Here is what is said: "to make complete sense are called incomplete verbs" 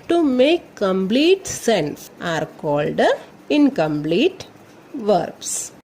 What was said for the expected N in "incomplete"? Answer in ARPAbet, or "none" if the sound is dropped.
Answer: N